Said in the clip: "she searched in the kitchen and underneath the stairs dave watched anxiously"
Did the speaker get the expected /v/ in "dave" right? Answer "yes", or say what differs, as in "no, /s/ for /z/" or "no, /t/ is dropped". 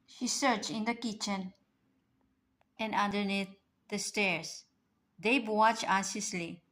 no, /b/ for /v/